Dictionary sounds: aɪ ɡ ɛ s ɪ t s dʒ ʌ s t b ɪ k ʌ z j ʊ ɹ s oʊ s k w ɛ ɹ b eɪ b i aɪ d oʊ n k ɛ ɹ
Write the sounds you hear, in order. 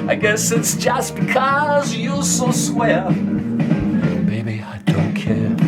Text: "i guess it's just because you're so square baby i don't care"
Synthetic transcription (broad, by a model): aɪ ɡ ɛ s ɪ t s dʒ ʌ s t b ɪ k ʌ z j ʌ s oʊ s w ɛ ɹ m eɪ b i aɪ d oʊ n k ɛ ɹ